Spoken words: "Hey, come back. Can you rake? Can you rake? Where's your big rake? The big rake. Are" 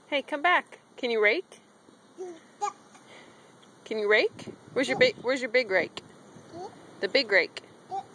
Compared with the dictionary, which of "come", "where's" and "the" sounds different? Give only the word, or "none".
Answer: where's